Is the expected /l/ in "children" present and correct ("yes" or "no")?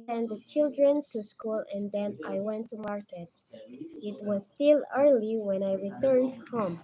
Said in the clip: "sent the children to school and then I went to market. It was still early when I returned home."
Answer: yes